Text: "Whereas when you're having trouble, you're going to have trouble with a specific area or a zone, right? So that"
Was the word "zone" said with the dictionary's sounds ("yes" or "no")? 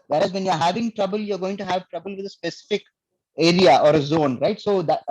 yes